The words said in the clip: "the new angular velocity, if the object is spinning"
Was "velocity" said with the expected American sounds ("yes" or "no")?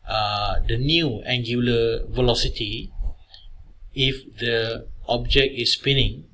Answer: yes